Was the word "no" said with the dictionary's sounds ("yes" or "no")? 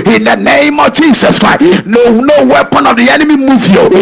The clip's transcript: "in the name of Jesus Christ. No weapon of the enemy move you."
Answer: yes